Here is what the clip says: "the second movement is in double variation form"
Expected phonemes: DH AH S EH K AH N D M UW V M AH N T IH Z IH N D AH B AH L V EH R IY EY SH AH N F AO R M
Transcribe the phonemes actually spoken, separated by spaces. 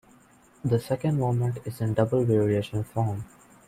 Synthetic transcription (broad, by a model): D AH S EH K AH N D M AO M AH N T IH Z IH N D AH B AH L V EH R IY EY SH AH N F AO R M